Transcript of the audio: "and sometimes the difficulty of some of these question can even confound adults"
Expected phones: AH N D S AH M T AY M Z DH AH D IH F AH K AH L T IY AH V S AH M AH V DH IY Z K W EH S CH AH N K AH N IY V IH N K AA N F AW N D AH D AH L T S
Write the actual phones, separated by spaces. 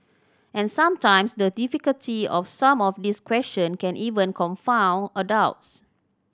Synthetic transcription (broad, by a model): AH N S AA M T AY M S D AH D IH F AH K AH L T IY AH F S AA M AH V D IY S K W EH S CH AH N K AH N IY V IH N K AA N F AW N AH D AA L T S